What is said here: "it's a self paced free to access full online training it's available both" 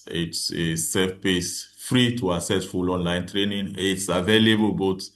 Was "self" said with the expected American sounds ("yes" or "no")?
no